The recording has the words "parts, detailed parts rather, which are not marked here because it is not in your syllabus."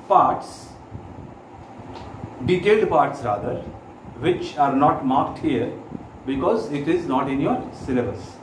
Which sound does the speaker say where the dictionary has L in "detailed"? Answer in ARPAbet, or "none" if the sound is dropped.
none